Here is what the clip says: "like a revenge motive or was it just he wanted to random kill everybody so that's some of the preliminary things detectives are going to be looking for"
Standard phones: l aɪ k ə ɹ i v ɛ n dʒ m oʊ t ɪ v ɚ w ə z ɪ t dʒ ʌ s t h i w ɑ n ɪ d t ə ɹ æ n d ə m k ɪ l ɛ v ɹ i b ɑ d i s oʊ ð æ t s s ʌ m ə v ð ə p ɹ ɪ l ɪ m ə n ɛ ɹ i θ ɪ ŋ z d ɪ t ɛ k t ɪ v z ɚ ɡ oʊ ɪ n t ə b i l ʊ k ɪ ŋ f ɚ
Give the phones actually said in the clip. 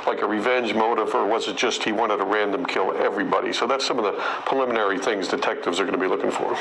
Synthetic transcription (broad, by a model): l aɪ k ə ɹ i v ɛ n dʒ m oʊ t ɪ v ɚ w ə z ɪ t dʒ ʌ s t h i w ɑ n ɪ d t ə ɹ æ n d ə m k ɪ l ɛ v ɹ i b ɑ d i s oʊ ð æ t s s ʌ m ə v ð ə p ɹ ɪ l ɪ m ə n ɛ ɹ i θ ɪ ŋ z d ɪ t ɛ k t ɪ v z ɚ ɡ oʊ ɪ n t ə b i l ʊ k ɪ ŋ f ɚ